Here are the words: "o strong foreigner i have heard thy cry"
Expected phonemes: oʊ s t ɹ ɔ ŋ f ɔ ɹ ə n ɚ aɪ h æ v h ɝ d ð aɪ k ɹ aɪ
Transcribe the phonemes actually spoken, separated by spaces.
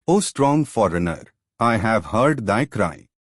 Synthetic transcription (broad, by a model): oʊ s t ɹ ɔ ŋ f ɔ ɹ ə n ɚ aɪ h æ v h ɝ d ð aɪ k ɹ aɪ